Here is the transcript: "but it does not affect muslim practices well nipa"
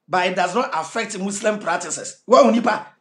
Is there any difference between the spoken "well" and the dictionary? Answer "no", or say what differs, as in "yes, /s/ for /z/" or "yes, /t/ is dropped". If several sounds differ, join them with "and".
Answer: yes, /w/ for /l/